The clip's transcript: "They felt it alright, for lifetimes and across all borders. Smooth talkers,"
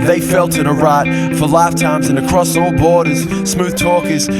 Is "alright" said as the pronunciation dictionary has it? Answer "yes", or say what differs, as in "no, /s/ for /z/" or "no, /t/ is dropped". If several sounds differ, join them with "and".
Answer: no, /l/ is dropped